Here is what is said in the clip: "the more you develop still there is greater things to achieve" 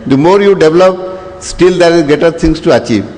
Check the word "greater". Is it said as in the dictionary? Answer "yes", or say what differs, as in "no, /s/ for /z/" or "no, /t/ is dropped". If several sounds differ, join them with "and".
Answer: no, /ɹ/ is dropped